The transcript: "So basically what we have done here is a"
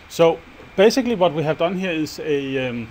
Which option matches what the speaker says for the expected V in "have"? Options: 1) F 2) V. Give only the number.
2